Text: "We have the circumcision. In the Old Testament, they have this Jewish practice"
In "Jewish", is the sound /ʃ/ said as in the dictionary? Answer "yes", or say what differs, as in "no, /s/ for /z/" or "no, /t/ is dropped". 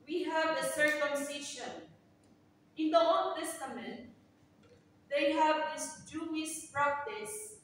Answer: no, /s/ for /ʃ/